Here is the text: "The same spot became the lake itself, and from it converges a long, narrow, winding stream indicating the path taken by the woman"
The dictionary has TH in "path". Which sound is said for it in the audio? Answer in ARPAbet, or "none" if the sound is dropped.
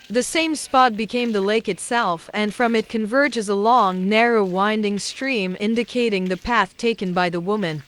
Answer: TH